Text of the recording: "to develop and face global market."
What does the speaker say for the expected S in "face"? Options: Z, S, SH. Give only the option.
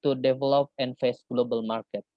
S